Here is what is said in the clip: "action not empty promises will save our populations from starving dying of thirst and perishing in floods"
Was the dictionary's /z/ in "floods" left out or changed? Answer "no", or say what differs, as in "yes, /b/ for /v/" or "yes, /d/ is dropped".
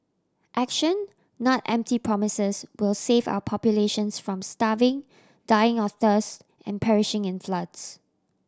yes, /s/ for /z/